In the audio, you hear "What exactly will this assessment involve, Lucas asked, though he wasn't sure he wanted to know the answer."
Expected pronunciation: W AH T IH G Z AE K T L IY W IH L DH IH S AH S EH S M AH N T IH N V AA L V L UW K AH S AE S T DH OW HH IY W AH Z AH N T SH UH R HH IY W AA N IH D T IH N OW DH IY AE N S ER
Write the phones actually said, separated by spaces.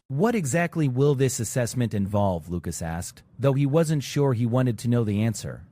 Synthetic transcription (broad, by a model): W AH T IH G Z AE K T L IY W IH L DH IH S AH S EH S M AH N T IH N V AA L V L UW K AH S AE S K DH OW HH IY W AH Z AH N T SH UH R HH IY W AA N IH D T IH N OW DH IY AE N S ER